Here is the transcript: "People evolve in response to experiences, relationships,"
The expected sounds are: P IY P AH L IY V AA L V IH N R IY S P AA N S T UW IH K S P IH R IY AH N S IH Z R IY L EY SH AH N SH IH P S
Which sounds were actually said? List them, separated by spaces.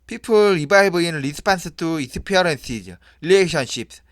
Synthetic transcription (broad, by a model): P IY P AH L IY B AA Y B IH N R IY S P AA N S T UW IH S P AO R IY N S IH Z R IY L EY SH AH N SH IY P S